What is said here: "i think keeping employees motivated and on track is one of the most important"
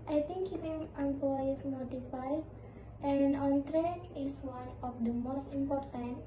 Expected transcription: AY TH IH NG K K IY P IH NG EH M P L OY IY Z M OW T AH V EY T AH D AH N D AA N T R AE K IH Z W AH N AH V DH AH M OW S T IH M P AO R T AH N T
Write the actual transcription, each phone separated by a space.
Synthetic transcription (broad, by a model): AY T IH NG K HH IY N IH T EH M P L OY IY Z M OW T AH P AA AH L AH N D AA N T R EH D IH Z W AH N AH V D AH M OW S T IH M P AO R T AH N